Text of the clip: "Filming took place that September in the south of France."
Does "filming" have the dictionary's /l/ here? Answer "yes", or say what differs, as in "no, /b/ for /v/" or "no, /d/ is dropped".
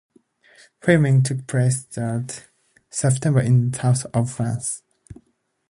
no, /l/ is dropped